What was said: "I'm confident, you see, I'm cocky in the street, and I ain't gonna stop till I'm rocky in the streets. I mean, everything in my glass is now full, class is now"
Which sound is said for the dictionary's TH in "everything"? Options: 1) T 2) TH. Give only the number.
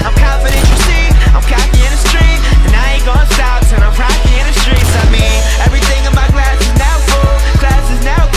2